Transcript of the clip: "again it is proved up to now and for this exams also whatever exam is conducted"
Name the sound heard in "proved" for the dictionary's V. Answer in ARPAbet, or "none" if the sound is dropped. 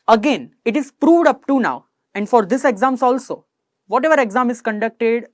V